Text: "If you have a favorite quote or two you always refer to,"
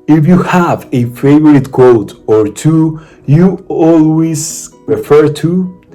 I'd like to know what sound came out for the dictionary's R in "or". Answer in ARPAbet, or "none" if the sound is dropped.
R